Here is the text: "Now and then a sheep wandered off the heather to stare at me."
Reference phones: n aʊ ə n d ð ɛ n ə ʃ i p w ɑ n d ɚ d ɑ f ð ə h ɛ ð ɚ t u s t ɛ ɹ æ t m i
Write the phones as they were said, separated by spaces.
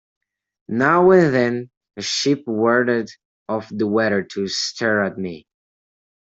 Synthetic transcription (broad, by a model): n aʊ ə n ð ɛ n ə ʃ i p w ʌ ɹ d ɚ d ɑ f ð ə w ɛ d ɚ t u s t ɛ ɹ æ t m i